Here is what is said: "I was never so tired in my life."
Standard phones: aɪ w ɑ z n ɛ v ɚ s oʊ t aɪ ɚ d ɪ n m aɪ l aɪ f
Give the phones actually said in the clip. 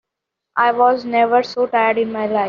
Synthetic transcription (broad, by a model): aɪ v ɑ z n ɛ v ɚ s oʊ t aɪ ɚ d ɪ n m aɪ l aɪ